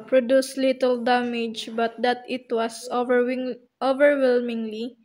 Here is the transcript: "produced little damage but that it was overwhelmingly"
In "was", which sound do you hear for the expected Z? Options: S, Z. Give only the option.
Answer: S